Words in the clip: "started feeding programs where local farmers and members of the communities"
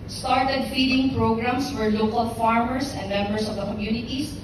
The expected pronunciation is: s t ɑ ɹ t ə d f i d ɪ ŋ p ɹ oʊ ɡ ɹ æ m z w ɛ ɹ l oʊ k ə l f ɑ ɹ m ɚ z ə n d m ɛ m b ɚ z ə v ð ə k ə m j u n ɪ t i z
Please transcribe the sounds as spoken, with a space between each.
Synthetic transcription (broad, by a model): s t ɑ ɹ t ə d f i d ɪ ŋ p ɹ oʊ ɡ ɹ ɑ m s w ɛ ɹ l oʊ k ə l f ɑ ɹ m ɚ s ə n d m ɛ m b ɚ s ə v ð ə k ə m j u n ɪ t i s